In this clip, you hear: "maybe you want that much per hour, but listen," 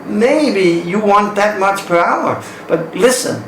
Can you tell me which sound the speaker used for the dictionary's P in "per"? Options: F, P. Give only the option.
P